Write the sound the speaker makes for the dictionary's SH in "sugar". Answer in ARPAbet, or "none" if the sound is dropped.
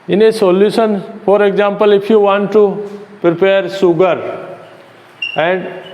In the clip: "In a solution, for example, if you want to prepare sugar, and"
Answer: S